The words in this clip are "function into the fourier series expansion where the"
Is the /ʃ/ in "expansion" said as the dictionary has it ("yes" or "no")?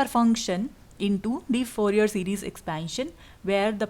yes